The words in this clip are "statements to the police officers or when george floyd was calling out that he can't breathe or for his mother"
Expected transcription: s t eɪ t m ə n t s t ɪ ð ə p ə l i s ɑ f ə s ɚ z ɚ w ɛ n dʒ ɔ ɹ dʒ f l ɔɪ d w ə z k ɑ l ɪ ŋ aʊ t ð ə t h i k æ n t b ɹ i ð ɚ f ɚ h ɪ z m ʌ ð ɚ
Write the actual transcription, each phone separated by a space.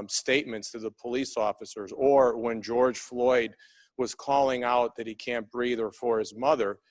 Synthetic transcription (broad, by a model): s t eɪ t m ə n t s t ɪ ð ə p ə l i s ɑ f ə s ɚ z ɚ w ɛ n dʒ ɔ ɹ dʒ f l ɔɪ d w ə z k ɑ l ɪ ŋ aʊ t ð ə t h i k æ n b ɹ i ð ɚ f ɚ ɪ z m ʌ ð ɚ